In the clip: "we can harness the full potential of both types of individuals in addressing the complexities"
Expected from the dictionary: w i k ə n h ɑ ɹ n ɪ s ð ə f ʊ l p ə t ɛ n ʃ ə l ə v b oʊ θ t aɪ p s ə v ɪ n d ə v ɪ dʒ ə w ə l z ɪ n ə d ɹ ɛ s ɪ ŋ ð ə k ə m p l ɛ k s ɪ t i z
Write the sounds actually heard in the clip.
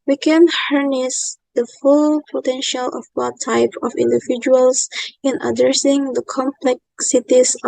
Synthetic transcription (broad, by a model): w i k ə n h ɑ ɹ n ɪ s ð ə f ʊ l p ə t ɛ n ʃ ə l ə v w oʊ t aɪ p ə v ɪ n d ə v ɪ dʒ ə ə l s ɪ n ə d ɹ ɛ s ɪ ŋ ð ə k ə m p l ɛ k s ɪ t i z